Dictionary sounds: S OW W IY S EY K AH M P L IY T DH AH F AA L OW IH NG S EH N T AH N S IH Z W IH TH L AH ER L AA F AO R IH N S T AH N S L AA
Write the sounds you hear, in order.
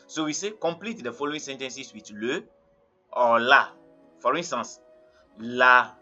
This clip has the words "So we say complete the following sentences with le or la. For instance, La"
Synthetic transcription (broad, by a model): S OW W IY S EY K AH M P L IY T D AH F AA L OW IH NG S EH N T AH N S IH S W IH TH L AH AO L AA F AO R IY N S T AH N S L AA